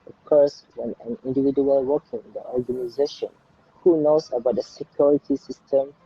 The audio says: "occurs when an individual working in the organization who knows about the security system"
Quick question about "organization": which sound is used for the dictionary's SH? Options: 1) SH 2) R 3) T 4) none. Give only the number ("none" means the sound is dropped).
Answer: 1